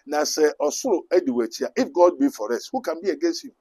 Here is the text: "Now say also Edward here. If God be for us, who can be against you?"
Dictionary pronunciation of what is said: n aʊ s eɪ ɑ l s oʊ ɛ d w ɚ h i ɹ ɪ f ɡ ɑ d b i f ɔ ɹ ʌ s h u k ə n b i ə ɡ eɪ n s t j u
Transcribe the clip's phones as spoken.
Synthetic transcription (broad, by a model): n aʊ s eɪ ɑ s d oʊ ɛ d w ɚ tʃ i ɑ ɪ f ɡ ɑ d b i f ɔ ɹ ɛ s h u k ə n b i ə ɡ eɪ n s t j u